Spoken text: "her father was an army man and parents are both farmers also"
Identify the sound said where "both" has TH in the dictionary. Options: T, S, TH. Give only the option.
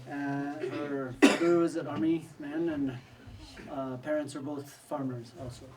TH